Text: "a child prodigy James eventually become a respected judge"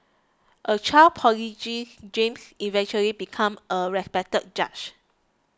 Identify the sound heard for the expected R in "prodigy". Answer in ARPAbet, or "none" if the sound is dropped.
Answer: none